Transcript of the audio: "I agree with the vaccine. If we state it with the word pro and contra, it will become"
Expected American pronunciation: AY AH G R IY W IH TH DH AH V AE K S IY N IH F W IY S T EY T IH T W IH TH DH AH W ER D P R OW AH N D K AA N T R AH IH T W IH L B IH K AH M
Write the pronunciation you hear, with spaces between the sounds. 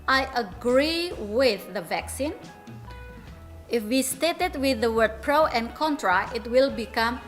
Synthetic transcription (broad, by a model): AY AH G R IY W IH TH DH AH V AE K S IY N IH F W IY S T EY T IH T W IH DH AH W ER D P R OW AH N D K AA N T R AH IH T W IH L B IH K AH M